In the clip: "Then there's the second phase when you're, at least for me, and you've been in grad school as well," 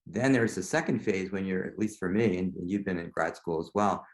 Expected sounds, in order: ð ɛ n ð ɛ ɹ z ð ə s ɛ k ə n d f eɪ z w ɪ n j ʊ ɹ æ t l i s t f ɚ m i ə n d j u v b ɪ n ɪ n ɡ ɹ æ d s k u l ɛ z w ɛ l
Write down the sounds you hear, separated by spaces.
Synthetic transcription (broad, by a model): ð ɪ n ð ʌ ɹ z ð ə s ɛ k ə n d f eɪ z w ɪ n j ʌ ɹ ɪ t l i s t f ɚ m i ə n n j u v b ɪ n ɪ n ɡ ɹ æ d s k u l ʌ z w ɛ l